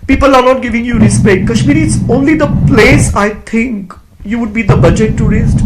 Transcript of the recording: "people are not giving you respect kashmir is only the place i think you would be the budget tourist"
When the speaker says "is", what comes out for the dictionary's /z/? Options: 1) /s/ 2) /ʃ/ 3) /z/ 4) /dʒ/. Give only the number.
1